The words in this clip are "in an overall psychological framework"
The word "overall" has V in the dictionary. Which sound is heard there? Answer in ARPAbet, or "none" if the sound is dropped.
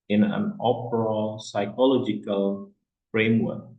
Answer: P